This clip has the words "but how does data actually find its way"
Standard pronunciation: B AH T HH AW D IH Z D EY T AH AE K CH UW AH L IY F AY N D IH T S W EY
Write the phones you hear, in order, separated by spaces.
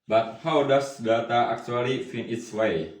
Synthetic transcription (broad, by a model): B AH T HH AW D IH S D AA T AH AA K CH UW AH L IY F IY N IH T S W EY